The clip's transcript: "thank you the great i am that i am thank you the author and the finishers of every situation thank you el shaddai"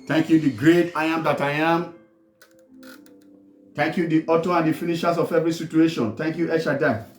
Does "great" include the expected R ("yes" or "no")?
yes